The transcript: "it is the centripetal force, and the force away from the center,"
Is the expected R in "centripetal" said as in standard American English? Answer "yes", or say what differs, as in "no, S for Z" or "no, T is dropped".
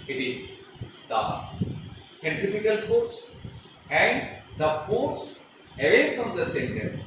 no, R is dropped